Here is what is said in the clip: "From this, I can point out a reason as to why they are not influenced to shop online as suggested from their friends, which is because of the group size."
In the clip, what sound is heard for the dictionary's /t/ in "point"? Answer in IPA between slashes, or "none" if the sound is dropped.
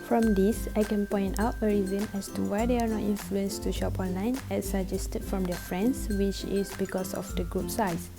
/t/